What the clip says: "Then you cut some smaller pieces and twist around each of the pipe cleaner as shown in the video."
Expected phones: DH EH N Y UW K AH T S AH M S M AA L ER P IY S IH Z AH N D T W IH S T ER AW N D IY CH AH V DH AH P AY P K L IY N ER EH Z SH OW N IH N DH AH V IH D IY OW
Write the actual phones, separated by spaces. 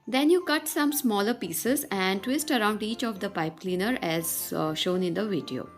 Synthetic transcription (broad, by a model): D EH N Y UW K AH T S AH M S M AA L ER P IY S IH Z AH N D T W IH S T ER AW N D IY CH AH V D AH P AY P K L IY N ER EH Z SH OW N IH N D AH V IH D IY OW